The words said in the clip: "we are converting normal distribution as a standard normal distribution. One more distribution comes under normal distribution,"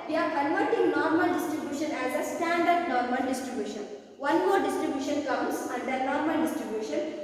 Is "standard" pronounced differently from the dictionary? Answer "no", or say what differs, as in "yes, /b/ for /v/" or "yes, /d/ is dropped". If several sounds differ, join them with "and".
no